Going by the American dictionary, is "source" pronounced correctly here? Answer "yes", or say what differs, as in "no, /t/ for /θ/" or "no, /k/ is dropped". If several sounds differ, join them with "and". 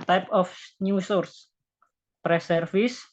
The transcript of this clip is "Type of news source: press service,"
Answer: yes